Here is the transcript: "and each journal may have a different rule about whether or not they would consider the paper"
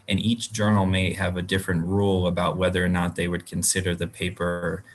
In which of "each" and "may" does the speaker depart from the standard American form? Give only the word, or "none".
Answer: none